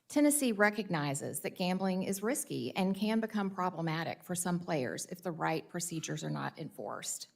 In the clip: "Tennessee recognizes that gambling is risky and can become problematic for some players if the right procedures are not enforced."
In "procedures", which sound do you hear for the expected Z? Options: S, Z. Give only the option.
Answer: Z